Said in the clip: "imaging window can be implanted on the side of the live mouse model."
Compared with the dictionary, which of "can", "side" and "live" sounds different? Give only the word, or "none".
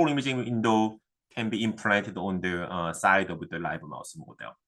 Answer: live